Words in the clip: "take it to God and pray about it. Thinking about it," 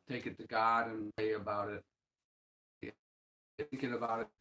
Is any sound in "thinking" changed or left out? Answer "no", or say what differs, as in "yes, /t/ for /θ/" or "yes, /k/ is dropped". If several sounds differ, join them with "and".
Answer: yes, /t/ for /θ/